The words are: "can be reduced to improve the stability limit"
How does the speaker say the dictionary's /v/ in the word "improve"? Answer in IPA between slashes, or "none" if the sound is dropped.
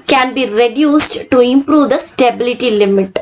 /v/